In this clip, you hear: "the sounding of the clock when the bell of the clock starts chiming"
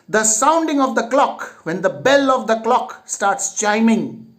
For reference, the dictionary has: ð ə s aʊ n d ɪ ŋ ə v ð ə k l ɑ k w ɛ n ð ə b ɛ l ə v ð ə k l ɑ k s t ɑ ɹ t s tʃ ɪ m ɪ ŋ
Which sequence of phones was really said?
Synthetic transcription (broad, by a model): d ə s aʊ n d ɪ ŋ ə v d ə k l ɑ k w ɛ n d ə b ɛ l ə v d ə k l ɑ k s t ɑ ɹ t s tʃ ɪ m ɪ ŋ